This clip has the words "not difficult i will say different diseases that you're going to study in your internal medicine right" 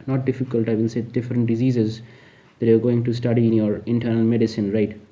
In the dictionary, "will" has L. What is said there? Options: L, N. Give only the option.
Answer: N